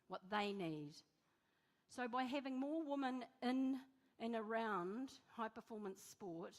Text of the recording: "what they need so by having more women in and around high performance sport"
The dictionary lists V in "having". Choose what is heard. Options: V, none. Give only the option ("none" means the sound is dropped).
V